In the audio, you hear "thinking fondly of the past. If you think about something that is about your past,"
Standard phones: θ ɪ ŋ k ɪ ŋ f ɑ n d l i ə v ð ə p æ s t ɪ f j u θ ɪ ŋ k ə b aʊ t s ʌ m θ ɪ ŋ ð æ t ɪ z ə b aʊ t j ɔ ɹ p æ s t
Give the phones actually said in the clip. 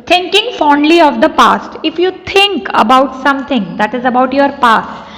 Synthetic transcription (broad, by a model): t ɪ ŋ k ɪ ŋ f ɑ n d l i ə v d ə p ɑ s t ɪ f j u t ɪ ŋ k ə b aʊ t s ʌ m t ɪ ŋ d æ t ɪ z ə b aʊ t j ɔ ɹ p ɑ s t